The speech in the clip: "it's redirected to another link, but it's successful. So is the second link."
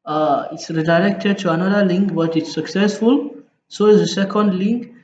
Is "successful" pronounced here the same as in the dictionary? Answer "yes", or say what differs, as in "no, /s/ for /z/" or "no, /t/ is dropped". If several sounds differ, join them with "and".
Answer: yes